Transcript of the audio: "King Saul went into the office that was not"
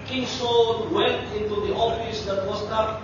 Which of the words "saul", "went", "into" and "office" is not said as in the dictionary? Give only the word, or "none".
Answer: saul